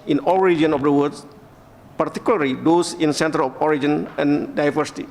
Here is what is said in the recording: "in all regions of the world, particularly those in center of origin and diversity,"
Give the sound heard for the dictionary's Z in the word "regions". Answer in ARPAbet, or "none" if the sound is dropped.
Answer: none